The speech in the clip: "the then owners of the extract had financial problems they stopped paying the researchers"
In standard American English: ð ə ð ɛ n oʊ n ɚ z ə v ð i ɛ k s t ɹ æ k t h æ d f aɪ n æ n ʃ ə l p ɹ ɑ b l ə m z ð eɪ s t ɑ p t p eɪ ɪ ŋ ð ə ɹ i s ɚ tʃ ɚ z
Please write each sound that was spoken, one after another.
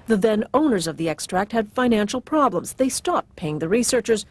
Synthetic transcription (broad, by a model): ð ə ð ɛ n oʊ n ɚ z ə v ð i ɛ k s t ɹ æ k t h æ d f aɪ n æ n ʃ l p ɹ ɑ b l ə m z ð eɪ s t ɑ p t p eɪ ɪ ŋ ð ə ɹ i s ɚ tʃ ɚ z